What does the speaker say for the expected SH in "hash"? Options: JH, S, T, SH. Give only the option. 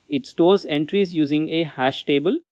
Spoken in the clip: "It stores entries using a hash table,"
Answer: SH